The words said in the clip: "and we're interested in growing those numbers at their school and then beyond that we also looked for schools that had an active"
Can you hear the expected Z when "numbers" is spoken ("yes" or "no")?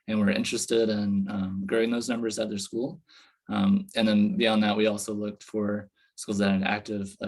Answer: yes